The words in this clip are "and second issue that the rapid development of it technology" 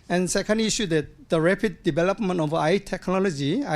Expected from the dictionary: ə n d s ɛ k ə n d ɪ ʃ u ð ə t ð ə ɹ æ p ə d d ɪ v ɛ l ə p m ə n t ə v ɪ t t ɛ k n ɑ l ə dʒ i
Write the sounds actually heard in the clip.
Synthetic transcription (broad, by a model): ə n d s ɛ k ə n d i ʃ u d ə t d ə ɹ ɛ p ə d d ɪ b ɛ l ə p m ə n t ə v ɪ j t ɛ k n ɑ l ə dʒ i